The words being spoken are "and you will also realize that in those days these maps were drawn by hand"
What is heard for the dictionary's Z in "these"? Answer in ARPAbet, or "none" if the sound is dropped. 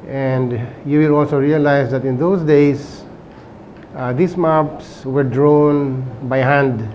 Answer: S